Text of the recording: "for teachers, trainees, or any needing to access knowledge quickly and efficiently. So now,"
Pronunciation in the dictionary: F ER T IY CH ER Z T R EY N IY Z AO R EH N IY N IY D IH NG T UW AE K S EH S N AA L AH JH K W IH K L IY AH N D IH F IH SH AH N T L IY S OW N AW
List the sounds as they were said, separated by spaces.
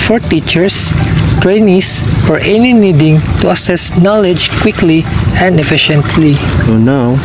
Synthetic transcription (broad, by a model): F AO T IY CH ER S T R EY N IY S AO R EH N IY N IY D IH NG T UW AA S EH S N AA L AH JH K W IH K L IY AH N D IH F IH SH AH N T L IY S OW N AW